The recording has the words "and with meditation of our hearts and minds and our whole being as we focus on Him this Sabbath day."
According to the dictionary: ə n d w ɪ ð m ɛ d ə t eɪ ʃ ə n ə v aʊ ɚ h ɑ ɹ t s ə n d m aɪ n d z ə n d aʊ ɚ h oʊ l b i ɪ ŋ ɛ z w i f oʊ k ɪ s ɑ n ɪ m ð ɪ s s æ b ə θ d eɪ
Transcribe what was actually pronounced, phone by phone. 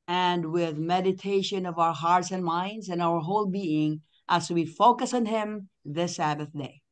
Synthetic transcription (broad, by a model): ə n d w ɪ ð m ɛ d ə t eɪ ʃ ə n ə v aʊ ɚ h ɑ ɹ t s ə n m aɪ n d z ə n aʊ ɚ h oʊ l b i ɪ ŋ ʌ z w i f oʊ k ɪ s n ɪ m ð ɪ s s æ b ə θ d eɪ